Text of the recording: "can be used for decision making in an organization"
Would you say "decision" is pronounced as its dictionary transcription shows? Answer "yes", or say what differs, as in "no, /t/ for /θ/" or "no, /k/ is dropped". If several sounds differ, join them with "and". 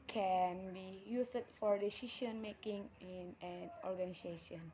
no, /ʃ/ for /ʒ/